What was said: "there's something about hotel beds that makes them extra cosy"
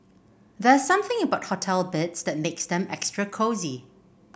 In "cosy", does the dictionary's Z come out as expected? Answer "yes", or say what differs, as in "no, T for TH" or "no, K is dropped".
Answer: yes